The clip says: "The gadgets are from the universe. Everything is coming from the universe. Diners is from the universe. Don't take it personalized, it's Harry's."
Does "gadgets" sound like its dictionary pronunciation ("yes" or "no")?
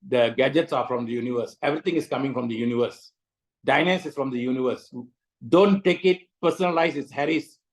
yes